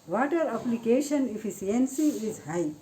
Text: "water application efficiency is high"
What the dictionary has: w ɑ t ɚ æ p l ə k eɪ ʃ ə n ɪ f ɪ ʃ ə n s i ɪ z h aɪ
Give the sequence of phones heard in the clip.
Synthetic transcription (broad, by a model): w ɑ t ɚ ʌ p l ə k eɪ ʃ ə n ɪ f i s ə n s i ɪ z h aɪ